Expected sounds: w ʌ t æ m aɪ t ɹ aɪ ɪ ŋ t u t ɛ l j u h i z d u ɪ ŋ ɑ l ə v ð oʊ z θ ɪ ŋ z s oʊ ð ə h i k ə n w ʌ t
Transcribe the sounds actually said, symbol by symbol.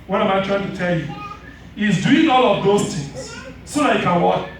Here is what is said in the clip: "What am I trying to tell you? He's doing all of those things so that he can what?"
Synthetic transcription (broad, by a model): w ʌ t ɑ m aɪ t ɹ aɪ ɪ ŋ t u t ɛ l j u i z d u ɪ ŋ ɑ l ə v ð oʊ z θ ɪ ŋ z s oʊ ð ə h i k ə n w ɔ